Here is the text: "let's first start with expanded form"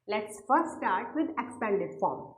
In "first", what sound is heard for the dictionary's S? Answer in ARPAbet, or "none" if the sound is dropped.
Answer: none